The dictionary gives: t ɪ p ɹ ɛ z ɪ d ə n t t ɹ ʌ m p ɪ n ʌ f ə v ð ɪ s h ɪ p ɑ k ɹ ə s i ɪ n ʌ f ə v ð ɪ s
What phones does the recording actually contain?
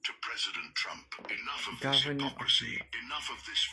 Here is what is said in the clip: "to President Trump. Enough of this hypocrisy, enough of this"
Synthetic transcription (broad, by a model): t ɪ p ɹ ɛ z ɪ d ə n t t ɹ ʌ m p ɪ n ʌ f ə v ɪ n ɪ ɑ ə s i ɪ n ʌ f ə v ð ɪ s